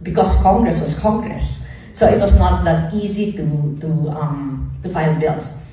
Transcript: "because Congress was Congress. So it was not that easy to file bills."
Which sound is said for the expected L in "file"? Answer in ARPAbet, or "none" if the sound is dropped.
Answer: N